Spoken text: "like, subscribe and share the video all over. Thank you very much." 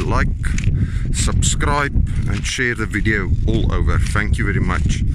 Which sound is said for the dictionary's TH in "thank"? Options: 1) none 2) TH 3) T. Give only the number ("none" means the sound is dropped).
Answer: 2